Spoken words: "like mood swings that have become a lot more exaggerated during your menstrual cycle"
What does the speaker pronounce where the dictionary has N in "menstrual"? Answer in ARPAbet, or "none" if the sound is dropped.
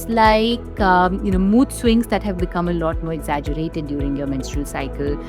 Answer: N